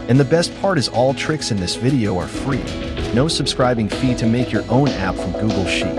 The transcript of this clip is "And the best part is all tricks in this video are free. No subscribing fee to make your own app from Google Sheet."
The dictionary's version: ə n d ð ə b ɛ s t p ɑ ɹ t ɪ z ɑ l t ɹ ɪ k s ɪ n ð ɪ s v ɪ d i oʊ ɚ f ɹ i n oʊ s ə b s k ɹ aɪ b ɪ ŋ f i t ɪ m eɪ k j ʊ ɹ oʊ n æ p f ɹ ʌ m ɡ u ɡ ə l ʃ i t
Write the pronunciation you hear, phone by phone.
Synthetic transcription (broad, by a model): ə n ð ə b ɛ s t p ɑ ɹ t ɪ z ɑ l t ɹ ɪ k s ɪ n ð ɪ s v ɪ d i oʊ ɚ f ɹ i n oʊ s ə b s k ɹ aɪ b ɪ ŋ f i t ɪ m eɪ k j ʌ ɹ oʊ n æ p f ɹ ʌ m ɡ u ɡ l ʃ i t